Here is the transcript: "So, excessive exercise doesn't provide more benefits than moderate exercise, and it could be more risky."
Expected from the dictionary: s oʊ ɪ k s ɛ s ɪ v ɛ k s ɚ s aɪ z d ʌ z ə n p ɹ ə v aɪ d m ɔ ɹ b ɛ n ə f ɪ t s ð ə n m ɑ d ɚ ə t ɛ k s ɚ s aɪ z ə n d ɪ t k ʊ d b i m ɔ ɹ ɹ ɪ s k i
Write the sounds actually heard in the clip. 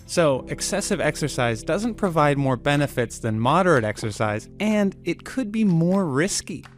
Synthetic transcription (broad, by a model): s oʊ ɪ k s ɛ s ɪ v ɛ k s ɚ s aɪ z d ʌ z ə n p ɹ ə v aɪ d m ɔ ɹ b ɛ n ə f ɪ t s ð ə n m ɑ d ɚ ə t ɛ k s ɚ s aɪ z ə n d ɪ t k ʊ d b i m ɔ ɹ ɹ ɪ s k i